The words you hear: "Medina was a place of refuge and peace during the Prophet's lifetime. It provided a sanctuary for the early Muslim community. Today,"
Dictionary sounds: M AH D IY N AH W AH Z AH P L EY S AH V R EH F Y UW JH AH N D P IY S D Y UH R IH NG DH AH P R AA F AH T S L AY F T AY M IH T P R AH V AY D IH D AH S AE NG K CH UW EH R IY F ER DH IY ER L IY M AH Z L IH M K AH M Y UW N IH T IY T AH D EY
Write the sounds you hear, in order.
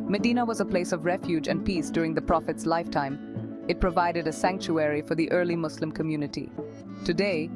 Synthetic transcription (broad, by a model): M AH D IY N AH W AH Z AH P L EY S AH V R EH F Y UW JH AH N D P IY S D Y UH R IH NG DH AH P R AA F AH T S L AY F T AY M IH T P R AH V AY D IH D AH S AE NG K CH UW EH R IY F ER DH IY ER L IY M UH S L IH M K AH M Y UW N IH T IY T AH D EY